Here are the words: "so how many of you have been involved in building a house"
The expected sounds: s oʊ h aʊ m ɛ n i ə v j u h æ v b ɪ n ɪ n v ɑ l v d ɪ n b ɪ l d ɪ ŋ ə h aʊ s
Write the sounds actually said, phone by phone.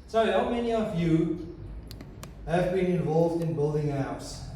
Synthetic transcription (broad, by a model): s oʊ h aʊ m ɛ n i ə v j u h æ v b ɪ n ɪ n v ɑ l v d ɪ n b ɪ l d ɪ ŋ ə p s